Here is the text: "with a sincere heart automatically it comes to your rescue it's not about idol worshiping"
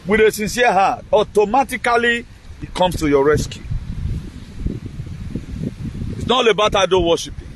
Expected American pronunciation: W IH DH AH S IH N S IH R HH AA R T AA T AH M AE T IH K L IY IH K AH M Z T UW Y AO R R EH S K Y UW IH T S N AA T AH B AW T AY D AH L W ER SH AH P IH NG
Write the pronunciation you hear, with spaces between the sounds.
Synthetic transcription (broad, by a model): W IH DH AH S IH N S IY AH HH AA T AA T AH M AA T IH K L IY IH K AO M S T UW Y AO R R EH S K Y UW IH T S N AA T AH B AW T AY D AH N W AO SH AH P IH